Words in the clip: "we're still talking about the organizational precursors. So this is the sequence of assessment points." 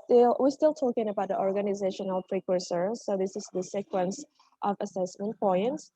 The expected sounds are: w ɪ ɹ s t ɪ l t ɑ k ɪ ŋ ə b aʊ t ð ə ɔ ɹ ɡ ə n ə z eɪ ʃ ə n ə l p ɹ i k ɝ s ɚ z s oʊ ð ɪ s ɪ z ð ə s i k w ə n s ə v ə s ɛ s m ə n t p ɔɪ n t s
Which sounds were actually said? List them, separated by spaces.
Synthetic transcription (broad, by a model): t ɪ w s t ɪ l t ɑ k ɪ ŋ ə b aʊ t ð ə ɔ ɹ ɡ ə n ə z eɪ ʃ ə n ə l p ɹ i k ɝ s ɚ s oʊ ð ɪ s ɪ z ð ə s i k w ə n s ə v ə s ɛ s m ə n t p ɔɪ n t s